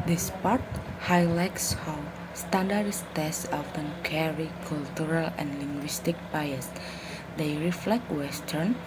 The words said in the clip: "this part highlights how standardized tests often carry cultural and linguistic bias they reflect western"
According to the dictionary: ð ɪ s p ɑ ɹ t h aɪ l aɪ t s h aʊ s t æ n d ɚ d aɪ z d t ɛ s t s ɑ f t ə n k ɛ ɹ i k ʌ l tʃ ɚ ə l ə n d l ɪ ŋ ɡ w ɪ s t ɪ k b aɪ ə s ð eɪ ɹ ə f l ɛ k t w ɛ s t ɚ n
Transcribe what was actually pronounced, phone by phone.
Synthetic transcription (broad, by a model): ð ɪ s p ɑ ɹ t h aɪ l aɪ t s h aʊ s t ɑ n d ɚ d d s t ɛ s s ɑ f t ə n k ɛ ɹ i k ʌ l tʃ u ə l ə n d l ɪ ŋ ɡ w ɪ s t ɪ k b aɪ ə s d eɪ ɹ ə f l ɛ k t w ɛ s t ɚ n